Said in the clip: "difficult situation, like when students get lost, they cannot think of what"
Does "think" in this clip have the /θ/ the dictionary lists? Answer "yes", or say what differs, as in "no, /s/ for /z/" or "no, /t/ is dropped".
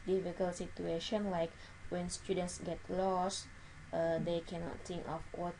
no, /t/ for /θ/